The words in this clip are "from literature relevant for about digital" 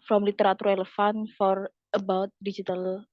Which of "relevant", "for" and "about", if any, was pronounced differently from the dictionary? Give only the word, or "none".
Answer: relevant